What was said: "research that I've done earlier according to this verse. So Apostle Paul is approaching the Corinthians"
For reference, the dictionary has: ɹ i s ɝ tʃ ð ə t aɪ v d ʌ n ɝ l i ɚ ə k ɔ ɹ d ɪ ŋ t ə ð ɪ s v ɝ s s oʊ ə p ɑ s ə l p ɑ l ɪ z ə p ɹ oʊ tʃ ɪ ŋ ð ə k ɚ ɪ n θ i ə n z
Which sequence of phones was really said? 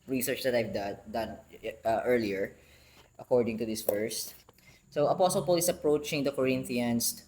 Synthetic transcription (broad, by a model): ɹ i s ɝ tʃ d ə t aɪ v d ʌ n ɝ l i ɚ ə k ɔ ɹ d ɪ ŋ t ə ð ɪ s f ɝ s s oʊ ə p ɑ s ə l p ɑ l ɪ s ə p ɹ oʊ tʃ ɪ ŋ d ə k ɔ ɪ n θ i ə n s